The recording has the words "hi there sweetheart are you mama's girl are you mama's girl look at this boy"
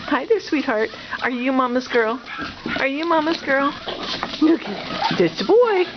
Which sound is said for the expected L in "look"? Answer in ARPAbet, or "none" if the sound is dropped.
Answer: N